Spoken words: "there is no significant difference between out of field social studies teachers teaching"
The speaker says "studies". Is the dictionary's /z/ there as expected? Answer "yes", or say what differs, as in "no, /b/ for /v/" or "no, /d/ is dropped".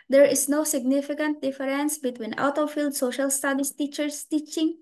no, /s/ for /z/